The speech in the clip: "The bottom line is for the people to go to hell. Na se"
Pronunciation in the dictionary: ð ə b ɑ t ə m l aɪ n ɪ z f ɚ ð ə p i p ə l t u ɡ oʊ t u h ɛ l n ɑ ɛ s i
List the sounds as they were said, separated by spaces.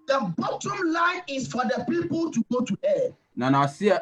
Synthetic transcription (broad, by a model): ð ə b ɑ t ə m l aɪ n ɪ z f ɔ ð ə p i p ə l t u ɡ oʊ t u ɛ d n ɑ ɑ s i